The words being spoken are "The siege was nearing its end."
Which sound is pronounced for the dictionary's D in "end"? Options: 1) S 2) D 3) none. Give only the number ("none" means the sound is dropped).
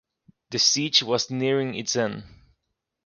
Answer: 3